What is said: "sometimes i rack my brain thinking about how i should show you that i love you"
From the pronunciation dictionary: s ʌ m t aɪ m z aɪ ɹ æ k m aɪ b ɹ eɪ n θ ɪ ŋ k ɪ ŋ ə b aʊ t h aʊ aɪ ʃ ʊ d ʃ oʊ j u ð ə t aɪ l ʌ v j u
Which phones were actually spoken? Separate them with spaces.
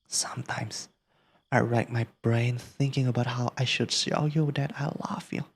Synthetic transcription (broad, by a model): s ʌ m t aɪ m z aɪ ɹ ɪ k m aɪ b ɹ eɪ n θ ɪ ŋ k ɪ ŋ ə b aʊ t h aʊ aɪ ʃ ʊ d s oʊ j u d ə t aɪ l ʌ v j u